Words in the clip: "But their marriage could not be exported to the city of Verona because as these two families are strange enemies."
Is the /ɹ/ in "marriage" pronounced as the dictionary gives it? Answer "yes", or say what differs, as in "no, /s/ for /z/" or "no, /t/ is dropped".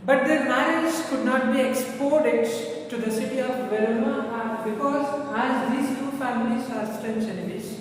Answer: no, /ɹ/ is dropped